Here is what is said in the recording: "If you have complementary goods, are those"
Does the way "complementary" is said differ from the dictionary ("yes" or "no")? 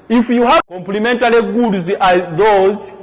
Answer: yes